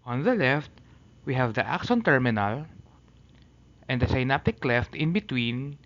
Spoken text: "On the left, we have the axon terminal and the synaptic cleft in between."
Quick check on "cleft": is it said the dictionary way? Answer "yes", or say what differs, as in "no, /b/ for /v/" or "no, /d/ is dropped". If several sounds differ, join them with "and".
yes